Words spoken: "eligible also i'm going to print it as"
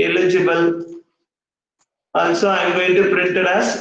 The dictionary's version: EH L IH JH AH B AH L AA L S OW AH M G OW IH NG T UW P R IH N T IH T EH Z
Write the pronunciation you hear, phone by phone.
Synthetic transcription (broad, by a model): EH L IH JH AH B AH L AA N S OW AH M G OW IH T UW P R IH N T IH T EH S